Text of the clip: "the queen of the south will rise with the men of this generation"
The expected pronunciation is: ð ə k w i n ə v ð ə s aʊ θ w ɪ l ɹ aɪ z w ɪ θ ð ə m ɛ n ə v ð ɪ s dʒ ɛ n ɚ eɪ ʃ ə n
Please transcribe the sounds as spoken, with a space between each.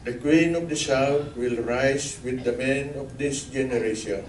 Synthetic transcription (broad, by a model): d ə k w i n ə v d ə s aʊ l w ɪ l ɹ aɪ s w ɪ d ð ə m ɛ n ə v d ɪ s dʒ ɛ n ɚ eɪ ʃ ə n